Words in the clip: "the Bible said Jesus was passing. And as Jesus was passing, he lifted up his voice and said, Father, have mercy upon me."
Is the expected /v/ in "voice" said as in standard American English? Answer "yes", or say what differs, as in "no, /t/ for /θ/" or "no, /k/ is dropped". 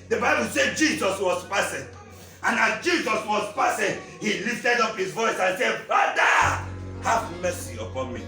yes